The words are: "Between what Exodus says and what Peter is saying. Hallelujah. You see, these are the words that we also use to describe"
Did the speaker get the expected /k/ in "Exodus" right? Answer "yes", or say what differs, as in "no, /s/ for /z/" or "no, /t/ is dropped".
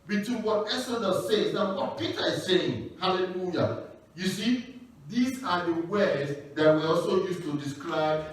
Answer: no, /k/ is dropped